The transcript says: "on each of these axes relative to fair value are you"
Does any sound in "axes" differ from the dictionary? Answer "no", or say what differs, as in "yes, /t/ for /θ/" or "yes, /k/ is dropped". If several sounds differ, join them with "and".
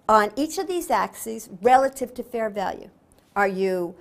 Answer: no